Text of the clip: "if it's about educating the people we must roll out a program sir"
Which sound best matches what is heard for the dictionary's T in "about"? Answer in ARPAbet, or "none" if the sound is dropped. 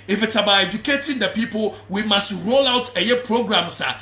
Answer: none